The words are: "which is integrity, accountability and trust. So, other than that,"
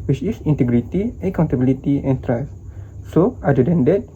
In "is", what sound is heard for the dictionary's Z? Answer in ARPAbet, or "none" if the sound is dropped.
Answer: S